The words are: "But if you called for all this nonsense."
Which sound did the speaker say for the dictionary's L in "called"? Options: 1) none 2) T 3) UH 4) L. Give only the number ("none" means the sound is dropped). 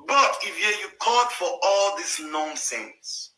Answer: 1